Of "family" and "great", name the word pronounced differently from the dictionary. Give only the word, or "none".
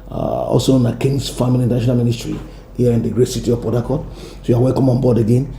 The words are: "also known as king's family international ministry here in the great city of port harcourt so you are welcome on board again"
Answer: family